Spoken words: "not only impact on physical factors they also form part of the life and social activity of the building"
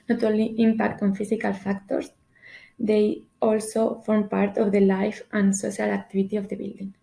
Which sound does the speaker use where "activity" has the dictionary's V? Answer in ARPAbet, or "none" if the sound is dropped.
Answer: B